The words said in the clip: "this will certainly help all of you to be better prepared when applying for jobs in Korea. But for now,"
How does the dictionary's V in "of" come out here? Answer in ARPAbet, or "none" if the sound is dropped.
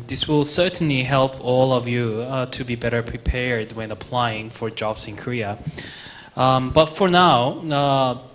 V